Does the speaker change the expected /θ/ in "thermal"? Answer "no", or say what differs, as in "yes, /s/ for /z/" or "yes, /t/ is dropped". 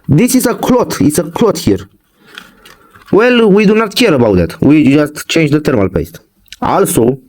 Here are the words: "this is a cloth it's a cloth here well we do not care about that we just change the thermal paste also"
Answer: yes, /t/ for /θ/